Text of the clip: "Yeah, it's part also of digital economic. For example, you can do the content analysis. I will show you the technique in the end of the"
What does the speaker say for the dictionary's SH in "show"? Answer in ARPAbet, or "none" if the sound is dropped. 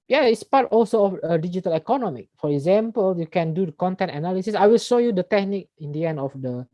SH